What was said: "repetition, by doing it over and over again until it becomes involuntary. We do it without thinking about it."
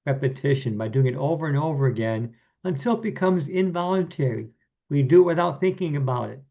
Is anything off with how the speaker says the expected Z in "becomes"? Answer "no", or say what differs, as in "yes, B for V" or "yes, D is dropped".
no